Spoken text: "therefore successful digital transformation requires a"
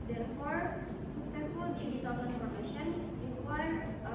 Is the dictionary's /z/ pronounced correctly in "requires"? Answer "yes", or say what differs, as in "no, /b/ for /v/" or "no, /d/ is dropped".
no, /z/ is dropped